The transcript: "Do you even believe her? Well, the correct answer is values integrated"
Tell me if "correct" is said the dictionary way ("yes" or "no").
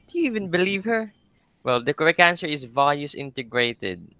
no